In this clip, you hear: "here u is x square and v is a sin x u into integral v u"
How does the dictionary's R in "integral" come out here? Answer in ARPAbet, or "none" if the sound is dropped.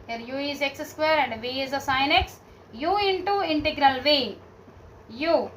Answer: R